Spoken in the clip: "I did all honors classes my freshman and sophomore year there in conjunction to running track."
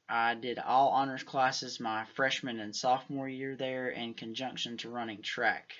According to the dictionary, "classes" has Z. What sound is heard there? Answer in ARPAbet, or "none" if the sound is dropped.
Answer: Z